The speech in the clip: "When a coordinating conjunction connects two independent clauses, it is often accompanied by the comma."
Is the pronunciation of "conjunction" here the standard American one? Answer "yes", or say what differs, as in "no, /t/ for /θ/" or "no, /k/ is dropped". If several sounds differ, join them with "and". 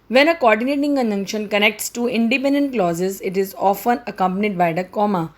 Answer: no, /dʒ/ is dropped